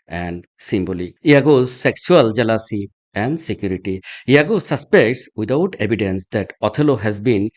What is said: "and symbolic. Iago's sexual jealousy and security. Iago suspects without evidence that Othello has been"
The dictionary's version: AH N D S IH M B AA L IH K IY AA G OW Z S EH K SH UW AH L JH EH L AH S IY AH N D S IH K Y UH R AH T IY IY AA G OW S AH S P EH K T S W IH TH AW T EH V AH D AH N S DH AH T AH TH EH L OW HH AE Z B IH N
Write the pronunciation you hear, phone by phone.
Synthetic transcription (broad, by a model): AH N D S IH M B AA L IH IY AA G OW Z S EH K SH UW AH L JH EH L AH S IY AH N D S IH K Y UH R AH T IY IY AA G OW S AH S P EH K T S W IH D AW T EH B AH D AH N S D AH T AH T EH L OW HH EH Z B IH N